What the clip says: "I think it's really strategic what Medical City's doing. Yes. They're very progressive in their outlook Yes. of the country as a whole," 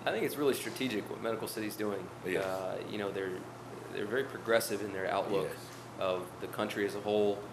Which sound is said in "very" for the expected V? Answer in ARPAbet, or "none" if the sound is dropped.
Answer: V